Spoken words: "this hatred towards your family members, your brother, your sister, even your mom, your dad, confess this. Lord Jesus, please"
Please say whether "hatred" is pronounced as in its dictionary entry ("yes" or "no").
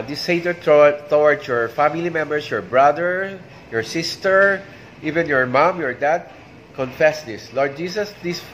no